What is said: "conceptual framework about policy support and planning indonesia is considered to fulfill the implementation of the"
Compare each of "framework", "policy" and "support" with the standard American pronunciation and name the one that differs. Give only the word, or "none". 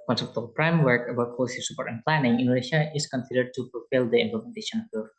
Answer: framework